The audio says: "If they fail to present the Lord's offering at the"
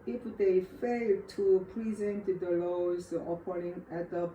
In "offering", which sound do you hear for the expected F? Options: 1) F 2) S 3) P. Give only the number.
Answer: 3